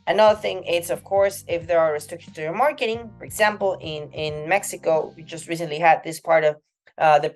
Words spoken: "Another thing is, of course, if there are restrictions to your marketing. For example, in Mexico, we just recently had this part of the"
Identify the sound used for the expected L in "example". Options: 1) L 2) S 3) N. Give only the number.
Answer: 3